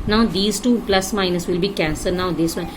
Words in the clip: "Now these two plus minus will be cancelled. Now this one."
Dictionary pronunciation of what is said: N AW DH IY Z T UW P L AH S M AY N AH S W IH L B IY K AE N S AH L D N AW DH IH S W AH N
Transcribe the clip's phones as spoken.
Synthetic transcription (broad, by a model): N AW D IY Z T UW P L AH S M AY N AH S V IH L B IY K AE N S AH D N AW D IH S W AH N